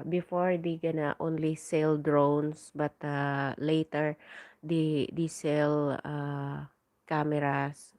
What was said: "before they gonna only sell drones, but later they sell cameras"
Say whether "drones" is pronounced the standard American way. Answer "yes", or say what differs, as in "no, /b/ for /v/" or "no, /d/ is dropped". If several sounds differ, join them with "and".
no, /s/ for /z/